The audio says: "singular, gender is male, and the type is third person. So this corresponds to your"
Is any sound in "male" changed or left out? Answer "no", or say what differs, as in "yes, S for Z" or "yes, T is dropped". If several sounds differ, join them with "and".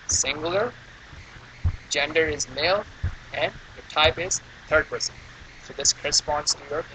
no